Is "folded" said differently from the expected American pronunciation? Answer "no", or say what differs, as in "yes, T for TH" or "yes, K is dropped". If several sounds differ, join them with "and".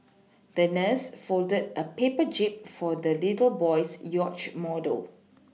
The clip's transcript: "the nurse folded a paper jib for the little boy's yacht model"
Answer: no